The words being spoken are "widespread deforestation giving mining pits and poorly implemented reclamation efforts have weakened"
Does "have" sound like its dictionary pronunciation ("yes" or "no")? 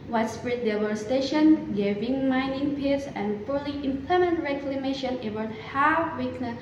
no